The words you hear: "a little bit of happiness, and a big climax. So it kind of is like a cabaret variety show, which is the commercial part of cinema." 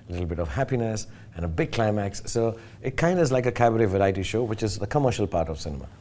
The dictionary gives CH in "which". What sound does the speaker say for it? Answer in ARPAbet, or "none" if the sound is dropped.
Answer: CH